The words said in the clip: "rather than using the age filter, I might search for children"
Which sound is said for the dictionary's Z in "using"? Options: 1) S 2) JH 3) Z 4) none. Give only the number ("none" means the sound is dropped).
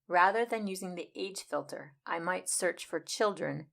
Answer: 3